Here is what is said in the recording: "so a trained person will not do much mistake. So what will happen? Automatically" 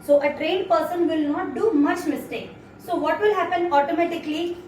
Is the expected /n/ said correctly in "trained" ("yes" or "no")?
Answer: no